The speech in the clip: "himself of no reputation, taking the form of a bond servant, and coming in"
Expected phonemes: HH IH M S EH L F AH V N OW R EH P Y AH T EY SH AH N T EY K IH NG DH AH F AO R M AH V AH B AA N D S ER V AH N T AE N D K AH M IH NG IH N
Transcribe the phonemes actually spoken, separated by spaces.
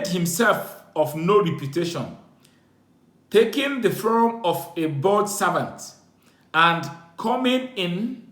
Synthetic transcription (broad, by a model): HH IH M S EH L F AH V N OW R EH P Y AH T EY SH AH N T EY K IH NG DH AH F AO R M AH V AH B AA D S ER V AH N T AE N D K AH M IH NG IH N